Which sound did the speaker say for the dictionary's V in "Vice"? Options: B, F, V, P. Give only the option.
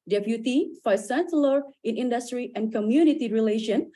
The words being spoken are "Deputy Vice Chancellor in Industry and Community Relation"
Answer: F